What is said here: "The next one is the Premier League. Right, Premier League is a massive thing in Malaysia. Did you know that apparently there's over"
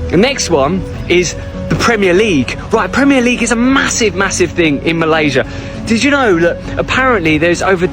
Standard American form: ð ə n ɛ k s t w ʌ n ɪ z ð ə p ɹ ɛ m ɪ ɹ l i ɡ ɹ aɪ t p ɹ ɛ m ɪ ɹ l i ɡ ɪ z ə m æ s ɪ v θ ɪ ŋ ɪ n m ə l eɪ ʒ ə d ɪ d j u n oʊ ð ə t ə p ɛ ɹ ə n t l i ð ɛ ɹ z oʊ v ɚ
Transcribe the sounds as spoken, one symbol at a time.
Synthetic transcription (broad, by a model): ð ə n ɛ k s t w ʌ n ɪ z ð ə p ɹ ɛ m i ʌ l i ɡ ɹ aɪ t p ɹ ɛ m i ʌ l i ɡ ɪ z ə m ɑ s ɪ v θ ɪ ŋ ɪ n m ə l eɪ ʒ ə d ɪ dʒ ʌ n oʊ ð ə t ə p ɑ ɹ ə n t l i ð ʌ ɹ z oʊ v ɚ